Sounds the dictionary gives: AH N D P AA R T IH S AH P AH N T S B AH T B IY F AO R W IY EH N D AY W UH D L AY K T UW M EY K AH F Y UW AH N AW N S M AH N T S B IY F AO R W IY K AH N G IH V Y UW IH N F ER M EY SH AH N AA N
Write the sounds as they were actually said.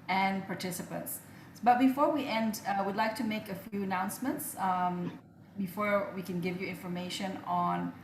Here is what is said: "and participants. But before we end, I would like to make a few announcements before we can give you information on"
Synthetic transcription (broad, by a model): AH N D P AA R T IH S AH P AH N T S B AH T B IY F AO R W IY EH N D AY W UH D L AY K T UW M EY K AH F Y UW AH N AW N S M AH N T S B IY F AO R W IY K AH N G IH V Y UW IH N F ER M EY SH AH N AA N